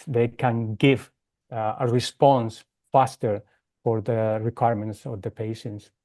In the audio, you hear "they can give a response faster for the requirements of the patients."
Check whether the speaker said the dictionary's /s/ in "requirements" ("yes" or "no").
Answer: yes